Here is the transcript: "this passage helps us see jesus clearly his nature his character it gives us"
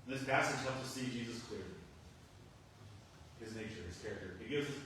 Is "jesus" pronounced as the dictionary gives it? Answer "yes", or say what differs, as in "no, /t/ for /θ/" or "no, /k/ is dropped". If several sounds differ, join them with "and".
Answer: yes